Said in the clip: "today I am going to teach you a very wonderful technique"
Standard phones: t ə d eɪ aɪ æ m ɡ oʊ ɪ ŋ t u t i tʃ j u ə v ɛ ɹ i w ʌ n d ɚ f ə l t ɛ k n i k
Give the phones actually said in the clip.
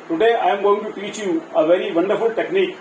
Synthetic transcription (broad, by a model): t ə d eɪ aɪ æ m ɡ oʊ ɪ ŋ t u t i tʃ j u ə v ɛ ɹ i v ʌ n d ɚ f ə l t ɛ k n i k